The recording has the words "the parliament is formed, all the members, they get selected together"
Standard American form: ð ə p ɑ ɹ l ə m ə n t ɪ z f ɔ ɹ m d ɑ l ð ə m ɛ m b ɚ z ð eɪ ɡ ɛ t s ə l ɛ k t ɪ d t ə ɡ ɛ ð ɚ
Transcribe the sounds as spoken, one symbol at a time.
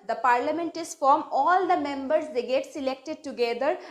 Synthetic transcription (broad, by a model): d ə p ɑ ɹ l ə m ə n t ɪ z f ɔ ɹ m ɑ l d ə m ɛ m b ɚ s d eɪ ɡ ɛ t s ə l ɛ k t ɪ d t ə ɡ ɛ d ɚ